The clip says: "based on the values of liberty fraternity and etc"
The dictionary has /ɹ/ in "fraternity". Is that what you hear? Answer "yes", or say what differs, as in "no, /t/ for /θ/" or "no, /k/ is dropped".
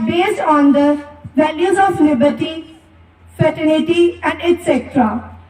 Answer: no, /ɹ/ is dropped